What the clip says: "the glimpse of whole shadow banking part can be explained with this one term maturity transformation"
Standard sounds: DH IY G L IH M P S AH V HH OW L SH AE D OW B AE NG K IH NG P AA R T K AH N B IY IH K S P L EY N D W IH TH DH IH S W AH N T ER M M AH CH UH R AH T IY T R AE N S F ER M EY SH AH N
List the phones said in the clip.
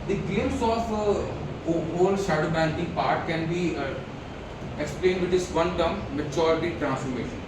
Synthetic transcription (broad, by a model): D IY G EH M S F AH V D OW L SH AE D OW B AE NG K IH NG P AA R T K AH N B IY IH K S P L EY N D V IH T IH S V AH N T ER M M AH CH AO R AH T IY T R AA N S F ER M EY SH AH N